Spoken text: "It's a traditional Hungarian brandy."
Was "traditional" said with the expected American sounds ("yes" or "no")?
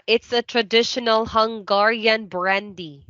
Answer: yes